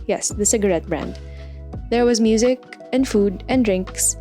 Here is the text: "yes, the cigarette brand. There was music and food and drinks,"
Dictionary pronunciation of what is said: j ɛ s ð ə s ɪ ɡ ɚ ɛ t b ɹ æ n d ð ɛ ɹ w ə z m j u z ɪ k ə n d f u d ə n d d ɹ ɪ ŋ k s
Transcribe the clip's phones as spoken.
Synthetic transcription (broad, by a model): j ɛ s ð ə s ɪ ɡ ɚ ɛ t b ɹ æ n d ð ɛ ɹ w ə z m j u z ɪ k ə n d f u d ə n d d ɹ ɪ ŋ k s